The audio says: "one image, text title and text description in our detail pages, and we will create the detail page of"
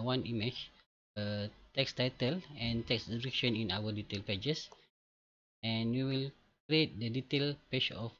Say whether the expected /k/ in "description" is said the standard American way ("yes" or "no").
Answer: no